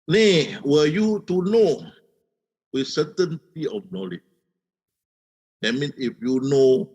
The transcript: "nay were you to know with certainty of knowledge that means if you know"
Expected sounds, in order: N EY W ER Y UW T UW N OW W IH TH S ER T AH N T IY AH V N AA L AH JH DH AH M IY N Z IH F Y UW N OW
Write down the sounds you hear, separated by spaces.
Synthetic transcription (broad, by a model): N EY W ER Y UW T UW N OW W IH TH S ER T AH N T IY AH F N AA L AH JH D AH M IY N IH F Y UW N OW